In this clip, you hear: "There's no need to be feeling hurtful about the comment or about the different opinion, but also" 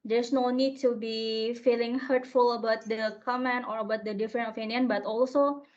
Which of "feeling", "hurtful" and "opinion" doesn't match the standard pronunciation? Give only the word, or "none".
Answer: opinion